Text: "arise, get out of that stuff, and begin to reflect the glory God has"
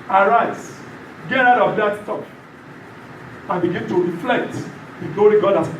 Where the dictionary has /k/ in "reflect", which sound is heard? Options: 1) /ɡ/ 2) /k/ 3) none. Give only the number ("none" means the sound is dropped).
2